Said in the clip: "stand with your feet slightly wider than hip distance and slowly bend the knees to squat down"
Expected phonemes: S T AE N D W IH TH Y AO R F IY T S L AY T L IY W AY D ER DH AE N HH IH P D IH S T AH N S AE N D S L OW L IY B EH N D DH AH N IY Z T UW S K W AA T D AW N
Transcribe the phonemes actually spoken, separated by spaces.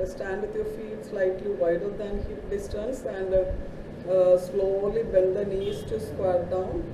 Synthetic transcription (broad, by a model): S T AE N D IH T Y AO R F IY T S L AY T L IY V AY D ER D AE N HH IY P D IH S T AH N S AE N D S L OW L IY B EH L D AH N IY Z T UW S K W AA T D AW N